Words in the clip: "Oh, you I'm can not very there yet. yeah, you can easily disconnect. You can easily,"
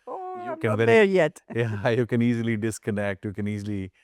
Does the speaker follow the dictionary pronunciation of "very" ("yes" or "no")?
no